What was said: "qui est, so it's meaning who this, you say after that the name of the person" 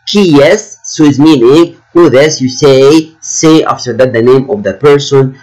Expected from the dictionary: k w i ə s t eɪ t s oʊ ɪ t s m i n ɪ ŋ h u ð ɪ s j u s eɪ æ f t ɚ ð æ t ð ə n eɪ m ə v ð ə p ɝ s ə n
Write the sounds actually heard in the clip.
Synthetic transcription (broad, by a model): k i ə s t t s oʊ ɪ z m i n ɪ ŋ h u ð ɪ s j u s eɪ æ f t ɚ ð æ t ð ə n eɪ m ə v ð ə p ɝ s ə n